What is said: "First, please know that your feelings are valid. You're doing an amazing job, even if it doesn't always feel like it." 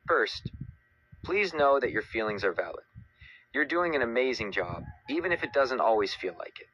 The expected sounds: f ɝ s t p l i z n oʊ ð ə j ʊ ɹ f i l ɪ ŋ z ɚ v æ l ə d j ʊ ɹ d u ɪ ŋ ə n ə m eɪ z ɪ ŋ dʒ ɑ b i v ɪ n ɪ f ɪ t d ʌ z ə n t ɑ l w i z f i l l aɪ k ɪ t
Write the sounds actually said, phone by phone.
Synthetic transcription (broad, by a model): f ɝ s t p l i z n oʊ ð ə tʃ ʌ ɹ f i l ɪ ŋ z ɚ v æ l ə d j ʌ ɹ d u ɪ ŋ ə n ə m eɪ z ɪ ŋ dʒ ɑ b i v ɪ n ɪ f ɪ t d ʌ z ə n t ɑ l w i z f i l l aɪ k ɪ t